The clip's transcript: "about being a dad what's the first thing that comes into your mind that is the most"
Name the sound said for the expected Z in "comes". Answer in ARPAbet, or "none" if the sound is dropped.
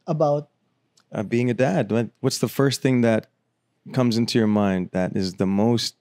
Z